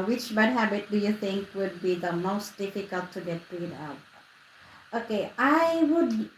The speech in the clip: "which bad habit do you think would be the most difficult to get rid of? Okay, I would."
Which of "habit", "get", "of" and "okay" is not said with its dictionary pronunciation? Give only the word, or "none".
of